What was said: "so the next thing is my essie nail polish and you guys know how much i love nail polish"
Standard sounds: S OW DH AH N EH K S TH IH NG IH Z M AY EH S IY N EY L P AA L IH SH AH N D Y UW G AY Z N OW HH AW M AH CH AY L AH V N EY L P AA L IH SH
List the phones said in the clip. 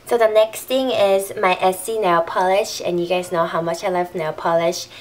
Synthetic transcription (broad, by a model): S OW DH AH N EH K S T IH NG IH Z M AY EH S IY N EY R P AA L IH SH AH N Y UW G AY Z N OW HH AW M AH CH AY L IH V N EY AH P AA L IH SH